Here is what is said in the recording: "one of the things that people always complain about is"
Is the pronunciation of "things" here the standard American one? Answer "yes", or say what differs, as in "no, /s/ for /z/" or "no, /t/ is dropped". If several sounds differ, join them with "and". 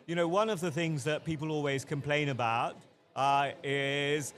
yes